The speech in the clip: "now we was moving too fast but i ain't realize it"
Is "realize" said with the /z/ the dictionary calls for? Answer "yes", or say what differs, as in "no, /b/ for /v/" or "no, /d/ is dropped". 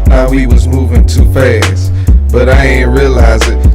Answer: yes